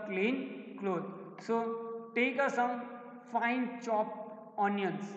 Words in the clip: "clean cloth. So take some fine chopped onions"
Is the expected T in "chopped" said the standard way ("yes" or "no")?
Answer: no